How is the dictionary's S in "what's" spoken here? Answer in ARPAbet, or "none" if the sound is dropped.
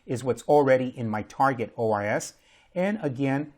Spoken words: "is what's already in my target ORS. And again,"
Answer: S